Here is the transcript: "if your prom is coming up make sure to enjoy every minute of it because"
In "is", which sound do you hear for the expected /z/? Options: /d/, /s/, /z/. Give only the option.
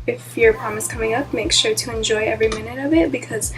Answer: /s/